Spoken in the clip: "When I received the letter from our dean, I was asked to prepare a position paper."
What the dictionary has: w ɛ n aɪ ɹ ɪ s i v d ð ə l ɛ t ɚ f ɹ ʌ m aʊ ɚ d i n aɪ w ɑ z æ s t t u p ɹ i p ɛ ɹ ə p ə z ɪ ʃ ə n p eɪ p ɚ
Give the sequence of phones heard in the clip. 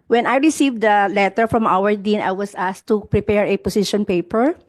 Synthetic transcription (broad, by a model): w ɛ n aɪ ɹ ɪ s i v d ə l ɛ t ɚ f ɹ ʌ m aʊ ɚ d i n aɪ w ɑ s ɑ s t t u p ɹ i p ɛ ɹ ə p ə s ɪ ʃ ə n p eɪ p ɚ